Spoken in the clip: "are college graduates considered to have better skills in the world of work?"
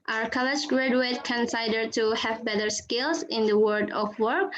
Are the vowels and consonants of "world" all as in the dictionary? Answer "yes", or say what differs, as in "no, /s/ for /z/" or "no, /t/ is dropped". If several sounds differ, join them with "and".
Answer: no, /l/ is dropped